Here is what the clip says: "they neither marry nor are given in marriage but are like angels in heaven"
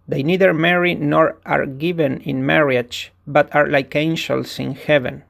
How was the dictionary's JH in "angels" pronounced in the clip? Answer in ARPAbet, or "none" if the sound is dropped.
SH